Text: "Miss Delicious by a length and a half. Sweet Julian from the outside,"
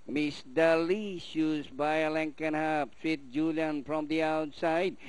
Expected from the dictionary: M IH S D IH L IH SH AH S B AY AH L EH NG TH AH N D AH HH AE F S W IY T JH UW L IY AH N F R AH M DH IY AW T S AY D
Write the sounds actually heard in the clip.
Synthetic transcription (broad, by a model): M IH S D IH L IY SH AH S B AY AH L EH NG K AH N HH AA P S W IY T JH UW L IY AH N F R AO M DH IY AW T S AY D